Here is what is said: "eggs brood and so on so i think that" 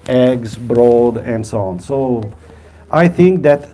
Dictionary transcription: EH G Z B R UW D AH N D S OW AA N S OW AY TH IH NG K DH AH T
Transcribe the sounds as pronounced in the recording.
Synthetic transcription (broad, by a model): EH G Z B R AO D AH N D S OW AA N S OW AY TH IH NG K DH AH T